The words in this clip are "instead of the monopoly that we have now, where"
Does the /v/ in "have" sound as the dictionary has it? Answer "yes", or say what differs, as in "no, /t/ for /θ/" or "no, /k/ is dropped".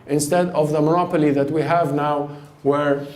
yes